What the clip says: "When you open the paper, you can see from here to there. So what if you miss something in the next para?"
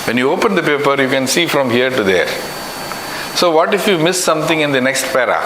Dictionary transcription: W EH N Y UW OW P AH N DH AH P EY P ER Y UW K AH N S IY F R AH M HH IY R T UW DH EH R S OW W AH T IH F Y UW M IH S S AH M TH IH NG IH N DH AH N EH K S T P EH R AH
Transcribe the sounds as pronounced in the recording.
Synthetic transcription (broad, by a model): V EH N Y UW OW P AH N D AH P EY P ER Y UW K AH N S IY F R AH M HH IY R T UW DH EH R S OW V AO T IH F Y UW M IH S S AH M T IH NG IH N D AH N EH K S T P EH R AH